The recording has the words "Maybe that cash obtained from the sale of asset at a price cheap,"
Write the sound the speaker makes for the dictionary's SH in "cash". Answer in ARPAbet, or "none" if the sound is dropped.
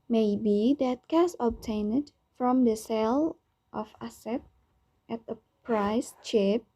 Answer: S